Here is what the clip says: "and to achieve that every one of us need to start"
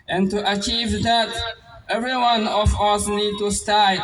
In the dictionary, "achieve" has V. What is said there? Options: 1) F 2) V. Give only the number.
2